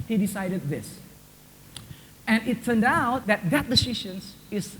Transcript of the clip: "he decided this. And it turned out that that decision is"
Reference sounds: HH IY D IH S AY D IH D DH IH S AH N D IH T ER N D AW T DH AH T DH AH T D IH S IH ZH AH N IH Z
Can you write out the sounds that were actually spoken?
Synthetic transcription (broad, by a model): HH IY D IH S AY D IH D DH IH S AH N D IH T ER N D AW T DH AH T DH AH T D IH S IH SH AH N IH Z